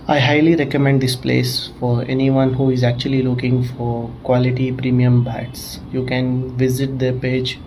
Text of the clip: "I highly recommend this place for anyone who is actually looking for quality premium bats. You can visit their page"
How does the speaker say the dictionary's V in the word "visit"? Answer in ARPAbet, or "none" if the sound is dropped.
V